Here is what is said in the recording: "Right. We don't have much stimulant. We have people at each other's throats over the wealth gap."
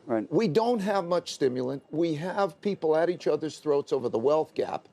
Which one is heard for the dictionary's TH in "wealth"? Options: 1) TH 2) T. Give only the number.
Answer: 1